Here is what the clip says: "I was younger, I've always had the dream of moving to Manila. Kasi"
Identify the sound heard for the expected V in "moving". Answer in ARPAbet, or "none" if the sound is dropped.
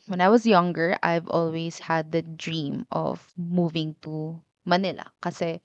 V